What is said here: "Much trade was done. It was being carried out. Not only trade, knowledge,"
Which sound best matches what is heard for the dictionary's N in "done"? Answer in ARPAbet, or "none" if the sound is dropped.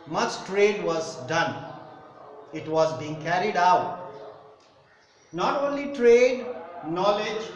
N